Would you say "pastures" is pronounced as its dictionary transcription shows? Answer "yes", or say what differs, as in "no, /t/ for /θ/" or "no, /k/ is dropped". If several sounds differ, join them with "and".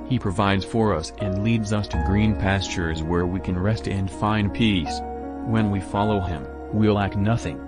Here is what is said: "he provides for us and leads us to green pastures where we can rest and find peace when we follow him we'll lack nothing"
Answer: yes